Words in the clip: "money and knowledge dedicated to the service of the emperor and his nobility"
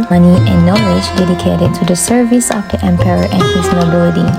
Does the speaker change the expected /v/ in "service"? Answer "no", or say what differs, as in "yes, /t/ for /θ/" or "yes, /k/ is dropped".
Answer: no